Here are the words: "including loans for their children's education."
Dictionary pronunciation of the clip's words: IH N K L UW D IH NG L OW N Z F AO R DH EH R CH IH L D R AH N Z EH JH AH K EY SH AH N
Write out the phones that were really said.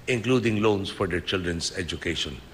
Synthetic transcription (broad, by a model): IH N K L UW D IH NG L OW N S F AO R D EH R CH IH L D R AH N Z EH JH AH K EY SH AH N